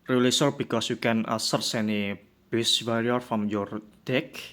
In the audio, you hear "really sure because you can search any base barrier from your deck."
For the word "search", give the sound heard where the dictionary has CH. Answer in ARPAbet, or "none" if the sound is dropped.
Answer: S